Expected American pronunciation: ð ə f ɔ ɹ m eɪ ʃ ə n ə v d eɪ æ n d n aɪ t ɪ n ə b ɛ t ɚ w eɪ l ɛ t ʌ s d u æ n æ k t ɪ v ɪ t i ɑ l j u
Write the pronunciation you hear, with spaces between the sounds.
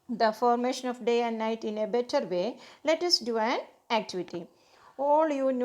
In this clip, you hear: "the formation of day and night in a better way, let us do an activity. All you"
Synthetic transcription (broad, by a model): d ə f ɔ ɹ m eɪ ʃ ə n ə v d eɪ æ n d n aɪ t ɪ n ə b ɛ t ɚ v eɪ l ɛ t ʌ s d u æ n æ k t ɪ v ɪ t i ɑ l j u